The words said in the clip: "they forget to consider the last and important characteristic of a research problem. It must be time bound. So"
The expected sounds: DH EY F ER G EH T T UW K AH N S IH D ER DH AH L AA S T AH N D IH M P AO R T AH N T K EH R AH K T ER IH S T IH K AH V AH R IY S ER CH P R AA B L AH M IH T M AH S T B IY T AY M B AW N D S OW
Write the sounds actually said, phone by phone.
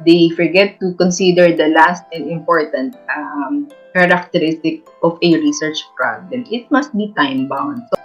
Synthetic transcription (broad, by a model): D EY F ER G EH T T UW K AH N S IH D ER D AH L AA S T AH N D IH M P AO R T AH N T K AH R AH K T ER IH S T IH K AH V AH R IY S ER CH P R AA B L AH M IH T M AH S T B IY T AY M B AW N D S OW